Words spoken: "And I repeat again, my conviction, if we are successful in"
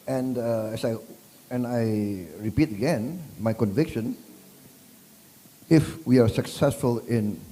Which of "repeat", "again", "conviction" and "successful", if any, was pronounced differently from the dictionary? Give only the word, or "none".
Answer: none